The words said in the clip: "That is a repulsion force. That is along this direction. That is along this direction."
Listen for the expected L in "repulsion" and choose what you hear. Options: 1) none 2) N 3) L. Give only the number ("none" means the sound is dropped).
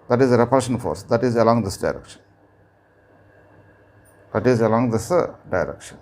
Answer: 1